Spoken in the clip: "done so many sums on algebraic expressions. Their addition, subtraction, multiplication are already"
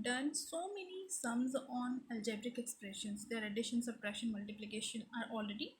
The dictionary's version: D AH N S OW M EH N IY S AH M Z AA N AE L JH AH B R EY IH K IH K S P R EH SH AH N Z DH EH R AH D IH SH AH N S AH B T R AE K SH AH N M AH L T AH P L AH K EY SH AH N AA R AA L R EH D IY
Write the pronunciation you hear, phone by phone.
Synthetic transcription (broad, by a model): D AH N S OW M EH N IY S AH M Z AA N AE L JH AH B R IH K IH K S P R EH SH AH N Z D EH R AH D IH SH AH N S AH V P R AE SH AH N M AH L T AH P L AH K EY SH AH N AA R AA L R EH D IY